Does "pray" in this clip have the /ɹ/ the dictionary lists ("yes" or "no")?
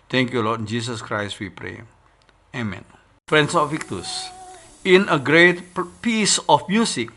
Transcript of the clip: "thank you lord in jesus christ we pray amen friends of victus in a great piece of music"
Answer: yes